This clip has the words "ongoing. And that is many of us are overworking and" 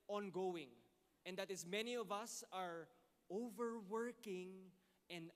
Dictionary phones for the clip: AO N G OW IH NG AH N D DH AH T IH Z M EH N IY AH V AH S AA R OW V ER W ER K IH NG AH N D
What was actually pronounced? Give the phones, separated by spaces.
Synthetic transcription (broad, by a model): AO N G OW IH NG AH N D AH T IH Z M EH N IY AH V AH S AA R OW V ER W ER K IH NG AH N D